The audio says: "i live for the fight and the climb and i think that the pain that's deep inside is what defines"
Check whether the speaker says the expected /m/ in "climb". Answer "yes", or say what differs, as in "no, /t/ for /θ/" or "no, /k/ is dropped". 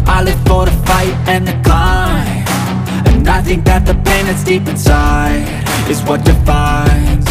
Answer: no, /m/ is dropped